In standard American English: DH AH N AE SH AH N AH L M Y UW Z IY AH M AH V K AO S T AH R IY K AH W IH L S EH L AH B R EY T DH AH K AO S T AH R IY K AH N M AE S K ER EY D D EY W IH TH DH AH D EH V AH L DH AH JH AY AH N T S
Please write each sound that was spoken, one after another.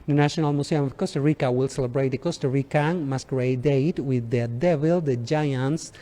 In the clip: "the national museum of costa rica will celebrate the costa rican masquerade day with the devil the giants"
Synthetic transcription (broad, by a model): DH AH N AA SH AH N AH L M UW S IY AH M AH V K AO S T AH R IY K AH W IH L S EH L AH B R EY T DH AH K AO S T AH R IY K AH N M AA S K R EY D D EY W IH DH AH D EH V AH L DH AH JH AY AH N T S